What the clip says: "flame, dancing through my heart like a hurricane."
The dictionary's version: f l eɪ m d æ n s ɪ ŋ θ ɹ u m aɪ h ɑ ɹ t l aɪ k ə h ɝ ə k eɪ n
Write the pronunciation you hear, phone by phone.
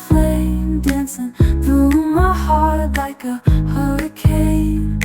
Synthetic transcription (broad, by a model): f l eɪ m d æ n s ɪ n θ u m aɪ h ɑ ɹ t l aɪ k ə h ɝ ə k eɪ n